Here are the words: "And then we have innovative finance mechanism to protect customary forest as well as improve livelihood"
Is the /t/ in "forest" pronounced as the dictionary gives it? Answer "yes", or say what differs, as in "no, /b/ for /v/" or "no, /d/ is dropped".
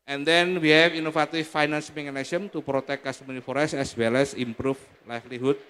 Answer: no, /t/ is dropped